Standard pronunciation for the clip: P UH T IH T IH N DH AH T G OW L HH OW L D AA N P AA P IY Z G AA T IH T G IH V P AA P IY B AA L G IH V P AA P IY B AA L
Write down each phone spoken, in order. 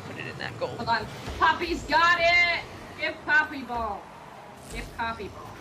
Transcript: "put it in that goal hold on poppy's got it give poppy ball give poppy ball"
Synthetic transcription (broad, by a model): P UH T IH T IH N DH AH T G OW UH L AA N P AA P IY Z G AA T IH T G IH V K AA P IY B AA L G IH V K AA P IY B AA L